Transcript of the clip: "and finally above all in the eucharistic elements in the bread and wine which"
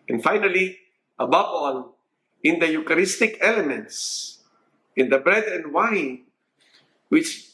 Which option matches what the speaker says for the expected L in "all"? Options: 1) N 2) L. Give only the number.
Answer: 1